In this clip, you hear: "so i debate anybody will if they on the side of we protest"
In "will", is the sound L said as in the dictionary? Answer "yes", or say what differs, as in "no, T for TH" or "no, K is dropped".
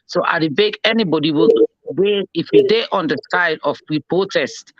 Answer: no, W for L